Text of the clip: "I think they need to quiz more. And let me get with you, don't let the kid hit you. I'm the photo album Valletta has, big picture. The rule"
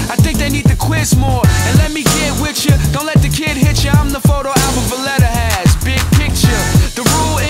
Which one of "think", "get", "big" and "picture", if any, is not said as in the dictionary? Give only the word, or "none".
none